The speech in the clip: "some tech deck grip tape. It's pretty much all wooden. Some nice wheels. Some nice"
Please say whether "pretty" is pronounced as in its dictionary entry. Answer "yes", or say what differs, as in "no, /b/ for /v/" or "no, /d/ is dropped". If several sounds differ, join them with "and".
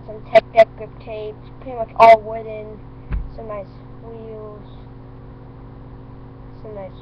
no, /ɹ/ is dropped